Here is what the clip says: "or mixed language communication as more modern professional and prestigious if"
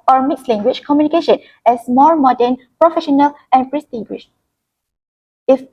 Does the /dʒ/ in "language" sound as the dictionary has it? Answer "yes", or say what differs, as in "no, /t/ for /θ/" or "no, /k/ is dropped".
no, /tʃ/ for /dʒ/